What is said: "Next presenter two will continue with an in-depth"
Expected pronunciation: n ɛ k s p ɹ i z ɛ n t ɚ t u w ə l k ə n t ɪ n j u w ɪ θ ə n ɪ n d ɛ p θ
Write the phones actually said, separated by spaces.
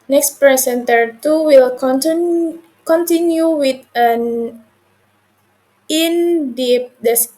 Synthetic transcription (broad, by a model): n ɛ k s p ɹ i s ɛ n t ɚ t u w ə l k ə n t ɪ n j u w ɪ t ə n ɪ n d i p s